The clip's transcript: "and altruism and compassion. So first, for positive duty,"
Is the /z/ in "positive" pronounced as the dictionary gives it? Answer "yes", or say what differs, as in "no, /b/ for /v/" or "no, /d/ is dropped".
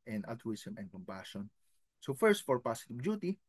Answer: no, /s/ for /z/